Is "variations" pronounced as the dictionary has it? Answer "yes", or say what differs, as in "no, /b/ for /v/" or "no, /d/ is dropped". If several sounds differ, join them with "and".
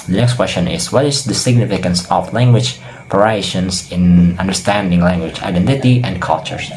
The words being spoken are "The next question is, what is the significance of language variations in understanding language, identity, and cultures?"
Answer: no, /p/ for /v/ and /s/ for /z/